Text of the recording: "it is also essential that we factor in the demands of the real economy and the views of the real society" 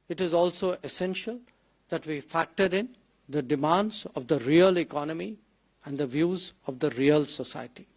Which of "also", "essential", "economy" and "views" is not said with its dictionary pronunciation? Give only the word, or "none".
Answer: none